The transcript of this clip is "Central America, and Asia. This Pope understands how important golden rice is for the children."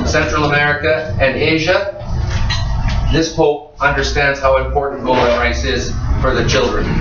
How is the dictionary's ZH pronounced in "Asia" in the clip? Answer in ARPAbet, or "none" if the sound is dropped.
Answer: ZH